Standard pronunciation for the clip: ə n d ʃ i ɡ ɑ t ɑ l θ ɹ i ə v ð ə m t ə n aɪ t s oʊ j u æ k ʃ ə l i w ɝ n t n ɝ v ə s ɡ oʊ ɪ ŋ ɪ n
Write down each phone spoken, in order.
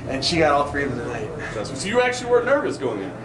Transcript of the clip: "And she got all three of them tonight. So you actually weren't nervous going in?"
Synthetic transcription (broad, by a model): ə n ʃ i ɡ ɑ t ɑ l θ ɹ i ə v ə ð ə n aɪ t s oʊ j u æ k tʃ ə l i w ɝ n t n ɝ v ə s ɡ oʊ ɪ ŋ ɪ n